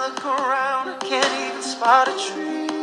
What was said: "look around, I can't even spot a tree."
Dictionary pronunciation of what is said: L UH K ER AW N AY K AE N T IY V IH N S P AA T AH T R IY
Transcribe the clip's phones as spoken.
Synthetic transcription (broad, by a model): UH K ER AW N K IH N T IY IH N S P AA T AH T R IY